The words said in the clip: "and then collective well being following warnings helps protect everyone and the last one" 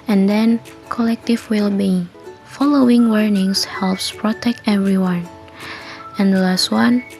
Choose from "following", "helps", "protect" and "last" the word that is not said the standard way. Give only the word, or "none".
none